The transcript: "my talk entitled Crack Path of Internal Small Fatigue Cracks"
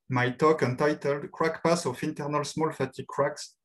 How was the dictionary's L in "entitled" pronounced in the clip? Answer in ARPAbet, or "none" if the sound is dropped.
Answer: L